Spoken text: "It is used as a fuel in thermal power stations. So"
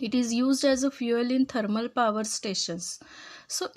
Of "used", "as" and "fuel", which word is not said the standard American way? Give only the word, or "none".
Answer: none